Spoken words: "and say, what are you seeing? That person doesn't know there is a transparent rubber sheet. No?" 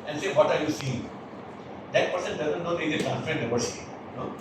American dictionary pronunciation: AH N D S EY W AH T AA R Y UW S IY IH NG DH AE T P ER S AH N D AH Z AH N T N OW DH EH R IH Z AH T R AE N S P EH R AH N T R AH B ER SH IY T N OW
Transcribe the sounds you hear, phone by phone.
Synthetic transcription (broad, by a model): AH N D S EY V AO T AA R Y UW S IY IH NG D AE T P ER S AH N D AH Z AH N T N OW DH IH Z AH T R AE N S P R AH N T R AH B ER S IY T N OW